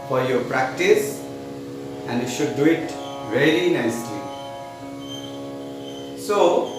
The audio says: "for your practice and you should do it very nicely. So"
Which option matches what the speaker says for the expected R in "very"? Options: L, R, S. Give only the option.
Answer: L